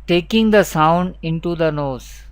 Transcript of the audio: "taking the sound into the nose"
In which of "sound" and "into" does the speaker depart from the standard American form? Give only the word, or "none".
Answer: none